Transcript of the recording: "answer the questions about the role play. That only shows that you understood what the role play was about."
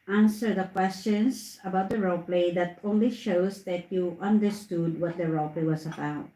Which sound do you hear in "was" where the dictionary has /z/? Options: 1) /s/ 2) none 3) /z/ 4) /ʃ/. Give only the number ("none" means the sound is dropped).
1